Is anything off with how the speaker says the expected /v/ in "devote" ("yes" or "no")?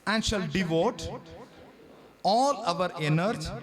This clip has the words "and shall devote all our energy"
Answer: no